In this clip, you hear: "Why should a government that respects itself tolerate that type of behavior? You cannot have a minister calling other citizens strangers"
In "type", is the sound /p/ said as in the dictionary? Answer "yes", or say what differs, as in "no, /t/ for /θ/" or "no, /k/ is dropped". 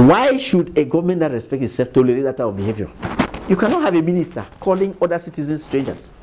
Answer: no, /p/ is dropped